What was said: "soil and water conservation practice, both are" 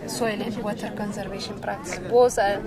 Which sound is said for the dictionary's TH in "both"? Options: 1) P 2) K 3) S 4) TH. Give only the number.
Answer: 3